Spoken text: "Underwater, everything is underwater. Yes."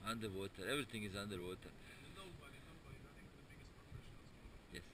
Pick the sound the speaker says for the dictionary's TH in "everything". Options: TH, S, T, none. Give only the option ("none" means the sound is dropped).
T